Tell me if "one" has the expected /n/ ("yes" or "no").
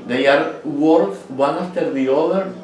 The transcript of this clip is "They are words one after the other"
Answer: yes